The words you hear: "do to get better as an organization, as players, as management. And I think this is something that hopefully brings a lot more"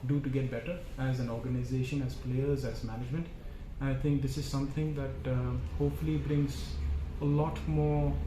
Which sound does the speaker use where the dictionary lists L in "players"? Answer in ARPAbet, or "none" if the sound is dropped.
L